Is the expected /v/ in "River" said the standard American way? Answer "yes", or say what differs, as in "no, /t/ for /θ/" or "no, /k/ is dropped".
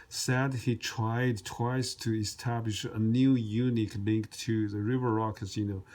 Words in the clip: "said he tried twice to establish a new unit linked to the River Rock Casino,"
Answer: yes